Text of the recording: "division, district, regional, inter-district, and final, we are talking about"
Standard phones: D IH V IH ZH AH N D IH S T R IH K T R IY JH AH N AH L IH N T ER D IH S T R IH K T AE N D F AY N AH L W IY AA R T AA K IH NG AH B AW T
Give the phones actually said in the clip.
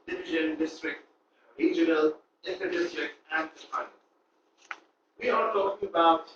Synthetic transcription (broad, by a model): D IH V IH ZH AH N D IH S T R IH K T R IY JH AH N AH L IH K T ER D IH S T R IH K T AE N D P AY AH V IY AA R T AA K IH NG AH B AW T